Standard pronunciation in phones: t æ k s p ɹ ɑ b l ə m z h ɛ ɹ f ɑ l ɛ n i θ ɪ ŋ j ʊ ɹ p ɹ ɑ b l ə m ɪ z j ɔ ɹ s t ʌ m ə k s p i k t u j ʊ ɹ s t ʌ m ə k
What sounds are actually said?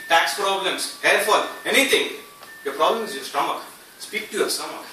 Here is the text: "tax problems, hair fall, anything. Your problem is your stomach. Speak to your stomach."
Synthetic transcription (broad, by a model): t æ k s p ɹ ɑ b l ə m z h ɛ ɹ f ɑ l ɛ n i t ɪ ŋ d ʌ p ɹ ɑ b l ə m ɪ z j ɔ s t ʌ m ə k s p i k t u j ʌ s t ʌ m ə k